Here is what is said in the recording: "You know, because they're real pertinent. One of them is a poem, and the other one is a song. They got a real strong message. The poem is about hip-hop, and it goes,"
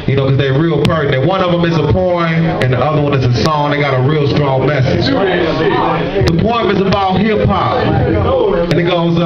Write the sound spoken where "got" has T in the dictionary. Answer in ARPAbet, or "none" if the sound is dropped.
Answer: T